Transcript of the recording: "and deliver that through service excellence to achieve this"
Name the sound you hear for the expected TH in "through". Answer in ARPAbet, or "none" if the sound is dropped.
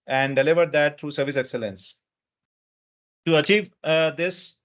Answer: T